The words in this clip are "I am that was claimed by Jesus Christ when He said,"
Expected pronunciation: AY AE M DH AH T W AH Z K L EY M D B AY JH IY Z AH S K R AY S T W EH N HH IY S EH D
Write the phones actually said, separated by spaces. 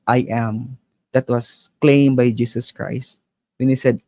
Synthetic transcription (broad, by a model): AY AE M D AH T W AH S K L EY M B AY JH IY S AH S K R AY S T W EH N HH IY S EH D